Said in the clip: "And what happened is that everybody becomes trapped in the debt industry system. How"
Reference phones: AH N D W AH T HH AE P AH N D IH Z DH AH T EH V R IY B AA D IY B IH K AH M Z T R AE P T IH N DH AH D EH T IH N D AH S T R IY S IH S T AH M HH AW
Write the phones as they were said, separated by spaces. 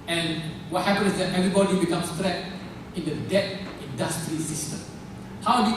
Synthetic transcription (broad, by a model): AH N W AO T HH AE P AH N IH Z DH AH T EH V R IY B AA D IY B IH K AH M S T R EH T IH N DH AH D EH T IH N D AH S T R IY S IH S T AH M HH AW